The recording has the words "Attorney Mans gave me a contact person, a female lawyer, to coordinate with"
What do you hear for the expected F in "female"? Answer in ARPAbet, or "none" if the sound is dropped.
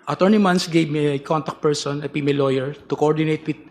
P